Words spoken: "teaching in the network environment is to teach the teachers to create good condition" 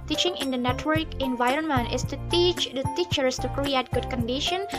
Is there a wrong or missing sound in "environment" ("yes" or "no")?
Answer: no